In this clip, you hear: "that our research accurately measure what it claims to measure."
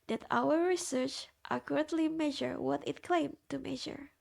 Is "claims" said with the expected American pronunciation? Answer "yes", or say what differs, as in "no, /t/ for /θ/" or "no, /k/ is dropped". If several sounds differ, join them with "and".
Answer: no, /z/ is dropped